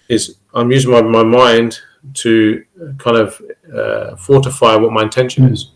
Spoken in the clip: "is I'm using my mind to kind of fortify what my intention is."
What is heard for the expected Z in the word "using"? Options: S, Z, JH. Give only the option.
Z